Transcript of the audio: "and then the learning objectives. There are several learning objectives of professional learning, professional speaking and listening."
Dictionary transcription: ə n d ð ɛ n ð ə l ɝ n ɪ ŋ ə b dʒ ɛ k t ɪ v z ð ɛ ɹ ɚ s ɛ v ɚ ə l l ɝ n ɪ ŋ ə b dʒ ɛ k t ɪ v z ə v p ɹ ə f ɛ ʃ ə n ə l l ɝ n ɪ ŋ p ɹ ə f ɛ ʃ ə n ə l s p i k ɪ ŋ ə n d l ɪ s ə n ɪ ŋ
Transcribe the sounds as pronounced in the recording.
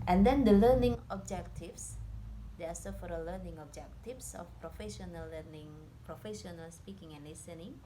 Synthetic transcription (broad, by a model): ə n d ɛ n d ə l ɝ n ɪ ŋ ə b dʒ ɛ k t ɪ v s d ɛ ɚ s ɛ f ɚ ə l l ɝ n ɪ ŋ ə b dʒ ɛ k t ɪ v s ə f p ɹ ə f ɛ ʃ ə n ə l l ɝ n ɪ ŋ p ɹ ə f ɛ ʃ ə n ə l s p i k ɪ ŋ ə n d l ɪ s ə n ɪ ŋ